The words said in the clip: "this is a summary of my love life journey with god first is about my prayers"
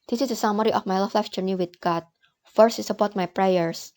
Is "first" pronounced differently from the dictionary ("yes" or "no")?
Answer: no